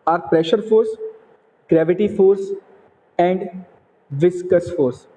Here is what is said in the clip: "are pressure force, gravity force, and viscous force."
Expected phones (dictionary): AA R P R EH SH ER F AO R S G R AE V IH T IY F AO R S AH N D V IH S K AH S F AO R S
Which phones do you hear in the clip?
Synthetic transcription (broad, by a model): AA R P R EH SH ER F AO R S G R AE V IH T IY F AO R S AH N D V IH S K AH S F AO R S